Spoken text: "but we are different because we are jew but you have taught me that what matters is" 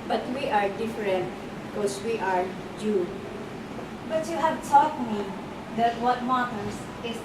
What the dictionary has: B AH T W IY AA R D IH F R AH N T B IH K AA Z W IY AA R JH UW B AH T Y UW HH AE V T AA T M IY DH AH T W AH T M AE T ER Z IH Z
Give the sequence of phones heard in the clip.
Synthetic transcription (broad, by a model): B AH T W IY AA R D IH F R AH N T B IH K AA S W IY AA R JH UW B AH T Y UW HH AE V T AA T M IY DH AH T W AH T M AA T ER S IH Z